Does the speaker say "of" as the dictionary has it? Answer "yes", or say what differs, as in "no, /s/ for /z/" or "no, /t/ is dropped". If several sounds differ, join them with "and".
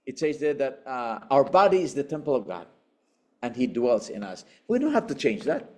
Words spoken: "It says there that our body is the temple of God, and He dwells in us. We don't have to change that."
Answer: yes